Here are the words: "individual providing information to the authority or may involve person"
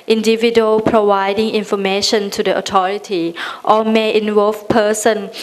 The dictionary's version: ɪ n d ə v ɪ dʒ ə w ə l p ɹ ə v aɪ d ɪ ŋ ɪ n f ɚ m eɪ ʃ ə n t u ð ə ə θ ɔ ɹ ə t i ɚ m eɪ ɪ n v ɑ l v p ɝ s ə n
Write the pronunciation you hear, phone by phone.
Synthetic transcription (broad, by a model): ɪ n d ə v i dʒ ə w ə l p ɹ ə v aɪ d ɪ ŋ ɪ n f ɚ m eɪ ʃ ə n t u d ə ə t ɔ ɹ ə t i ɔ m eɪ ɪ n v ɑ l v p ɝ s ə n